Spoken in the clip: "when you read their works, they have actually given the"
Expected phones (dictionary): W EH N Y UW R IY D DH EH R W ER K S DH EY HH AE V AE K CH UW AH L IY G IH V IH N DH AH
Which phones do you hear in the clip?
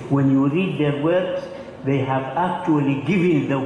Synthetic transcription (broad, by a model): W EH N Y UW R IY D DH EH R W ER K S DH EY HH AE V AE K CH UW AH L IY G IH V IH N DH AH